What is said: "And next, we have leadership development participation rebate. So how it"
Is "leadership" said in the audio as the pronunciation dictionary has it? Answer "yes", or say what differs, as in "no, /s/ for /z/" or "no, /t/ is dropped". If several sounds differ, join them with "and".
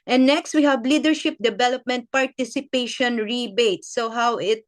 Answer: yes